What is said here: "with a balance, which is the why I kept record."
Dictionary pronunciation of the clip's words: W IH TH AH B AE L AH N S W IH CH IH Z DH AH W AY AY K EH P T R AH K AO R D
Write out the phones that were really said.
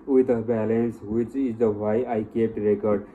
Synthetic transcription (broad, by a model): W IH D AH B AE L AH N S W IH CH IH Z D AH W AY AY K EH T R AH K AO R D